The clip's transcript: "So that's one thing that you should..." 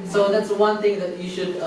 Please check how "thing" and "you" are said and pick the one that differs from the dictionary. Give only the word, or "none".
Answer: thing